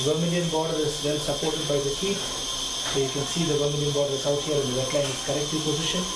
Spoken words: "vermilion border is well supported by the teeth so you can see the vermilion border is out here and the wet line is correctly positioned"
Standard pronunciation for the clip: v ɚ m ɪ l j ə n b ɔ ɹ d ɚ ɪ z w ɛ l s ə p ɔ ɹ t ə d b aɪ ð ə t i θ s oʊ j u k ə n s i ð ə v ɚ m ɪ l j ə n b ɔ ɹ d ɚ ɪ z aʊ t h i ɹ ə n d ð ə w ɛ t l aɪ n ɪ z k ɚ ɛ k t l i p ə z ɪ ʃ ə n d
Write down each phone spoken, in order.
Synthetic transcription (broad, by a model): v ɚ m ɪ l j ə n b ɔ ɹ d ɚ ɪ z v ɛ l s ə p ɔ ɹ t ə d b aɪ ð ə s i t s oʊ j u k ə n s i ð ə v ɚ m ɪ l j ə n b ɔ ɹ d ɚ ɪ s aʊ t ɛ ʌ ɹ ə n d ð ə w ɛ t l aɪ n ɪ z k ɚ ɛ k t l i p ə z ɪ ʃ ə n